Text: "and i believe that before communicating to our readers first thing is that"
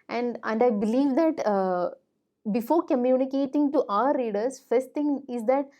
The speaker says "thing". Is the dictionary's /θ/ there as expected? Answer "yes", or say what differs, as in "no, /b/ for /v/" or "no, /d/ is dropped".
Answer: no, /t/ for /θ/